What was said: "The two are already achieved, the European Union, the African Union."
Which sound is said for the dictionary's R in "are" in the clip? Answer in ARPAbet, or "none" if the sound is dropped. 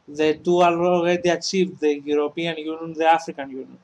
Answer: L